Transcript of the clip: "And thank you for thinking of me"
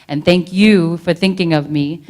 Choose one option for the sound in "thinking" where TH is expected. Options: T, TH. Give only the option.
TH